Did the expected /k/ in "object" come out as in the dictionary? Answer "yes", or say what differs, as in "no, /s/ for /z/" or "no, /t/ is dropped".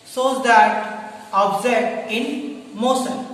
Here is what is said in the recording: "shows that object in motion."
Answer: no, /k/ is dropped